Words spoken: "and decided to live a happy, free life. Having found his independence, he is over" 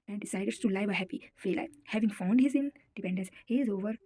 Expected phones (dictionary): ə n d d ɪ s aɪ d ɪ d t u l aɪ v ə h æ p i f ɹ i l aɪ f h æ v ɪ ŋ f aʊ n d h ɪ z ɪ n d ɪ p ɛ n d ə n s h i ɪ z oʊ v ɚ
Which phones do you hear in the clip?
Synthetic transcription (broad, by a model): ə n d d ɪ s aɪ d ɪ d t u l aɪ v ə h æ p i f i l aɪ h æ v ɪ ŋ f aʊ n d h ɪ z ɪ n d ɪ p ɛ n d ə n s h i ɪ z oʊ v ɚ